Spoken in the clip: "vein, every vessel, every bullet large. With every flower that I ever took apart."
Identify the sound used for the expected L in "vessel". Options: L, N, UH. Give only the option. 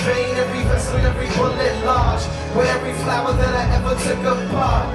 N